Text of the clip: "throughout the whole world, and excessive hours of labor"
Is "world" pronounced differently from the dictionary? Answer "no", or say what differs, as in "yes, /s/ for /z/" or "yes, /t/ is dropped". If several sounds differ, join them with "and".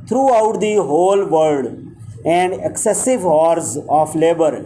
yes, /l/ is dropped